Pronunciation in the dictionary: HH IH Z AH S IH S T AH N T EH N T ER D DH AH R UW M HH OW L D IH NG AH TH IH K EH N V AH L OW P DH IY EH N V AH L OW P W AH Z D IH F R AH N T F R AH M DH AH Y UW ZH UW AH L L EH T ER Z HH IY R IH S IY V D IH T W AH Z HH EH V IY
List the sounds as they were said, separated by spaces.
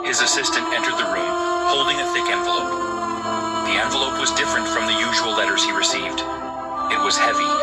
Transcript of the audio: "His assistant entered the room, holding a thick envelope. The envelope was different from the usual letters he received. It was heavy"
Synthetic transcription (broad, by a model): HH IH Z AH S IH S T AH N T EH N T ER D DH AH R UW M HH OW L D IH NG AH TH IH K EH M V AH L OW P DH IY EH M V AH L OW P W AH Z D IH F R AH N T F R AH M DH AH Y UW ZH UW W L L EH T ER Z HH IY R IH S IY V D IH T W AH Z HH EH V IY